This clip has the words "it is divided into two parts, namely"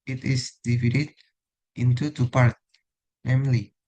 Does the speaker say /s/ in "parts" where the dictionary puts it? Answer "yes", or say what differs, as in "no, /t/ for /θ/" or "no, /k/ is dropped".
no, /s/ is dropped